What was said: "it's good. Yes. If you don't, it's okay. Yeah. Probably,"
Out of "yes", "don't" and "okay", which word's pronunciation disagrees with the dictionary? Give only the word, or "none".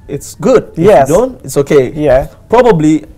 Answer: yes